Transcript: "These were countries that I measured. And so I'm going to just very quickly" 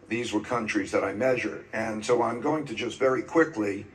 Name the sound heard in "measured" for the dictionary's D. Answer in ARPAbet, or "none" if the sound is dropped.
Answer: D